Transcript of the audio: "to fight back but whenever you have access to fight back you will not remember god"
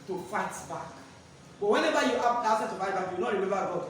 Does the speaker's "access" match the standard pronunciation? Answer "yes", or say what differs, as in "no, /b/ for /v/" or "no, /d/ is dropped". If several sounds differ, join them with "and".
no, /k/ is dropped and /s/ is dropped